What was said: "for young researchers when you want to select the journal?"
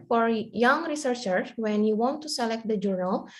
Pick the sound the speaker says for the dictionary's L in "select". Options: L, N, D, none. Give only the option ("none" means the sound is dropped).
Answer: L